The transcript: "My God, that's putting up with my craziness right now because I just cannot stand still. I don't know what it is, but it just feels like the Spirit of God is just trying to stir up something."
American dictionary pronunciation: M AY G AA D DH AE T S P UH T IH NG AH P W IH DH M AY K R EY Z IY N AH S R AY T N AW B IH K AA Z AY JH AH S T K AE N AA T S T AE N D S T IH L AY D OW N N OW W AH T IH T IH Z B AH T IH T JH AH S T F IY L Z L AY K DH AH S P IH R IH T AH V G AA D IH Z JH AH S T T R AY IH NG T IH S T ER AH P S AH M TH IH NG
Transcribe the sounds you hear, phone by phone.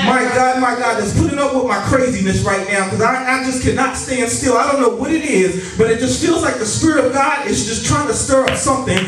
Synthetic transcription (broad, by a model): M AY G AA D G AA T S P UH T IH NG AH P W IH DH M AY K R EY Z IY N AH S R AY T N AW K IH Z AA AY JH AH S K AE N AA T S T AE N D S T IH L AY D OW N N OW W AH T IH T IH Z B AH T IH T JH AH S T F IY L Z L AY K DH AH S P IH R IH T AH V G AA D IH Z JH AH S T T R AY IH NG T IH S T ER AH P S AH M TH IH NG